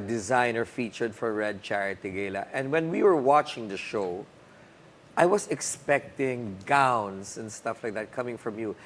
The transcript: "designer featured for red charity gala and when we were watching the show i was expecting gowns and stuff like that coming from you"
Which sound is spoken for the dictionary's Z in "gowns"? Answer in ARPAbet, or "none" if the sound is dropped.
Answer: S